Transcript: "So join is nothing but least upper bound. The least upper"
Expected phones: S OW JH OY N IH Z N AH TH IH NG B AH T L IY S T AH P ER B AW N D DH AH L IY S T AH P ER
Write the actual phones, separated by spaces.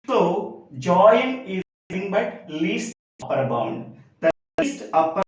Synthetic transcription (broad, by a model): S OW JH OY IH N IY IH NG B AH T L IY S T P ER B AW N D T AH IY S T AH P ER